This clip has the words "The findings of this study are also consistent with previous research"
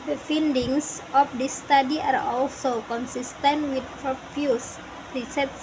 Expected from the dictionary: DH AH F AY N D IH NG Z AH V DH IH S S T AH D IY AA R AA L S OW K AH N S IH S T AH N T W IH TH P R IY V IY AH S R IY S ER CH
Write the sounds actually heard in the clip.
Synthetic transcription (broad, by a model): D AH F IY N D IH NG S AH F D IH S S T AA D IY AA R AA L S OW K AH N S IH S T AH N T W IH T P R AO F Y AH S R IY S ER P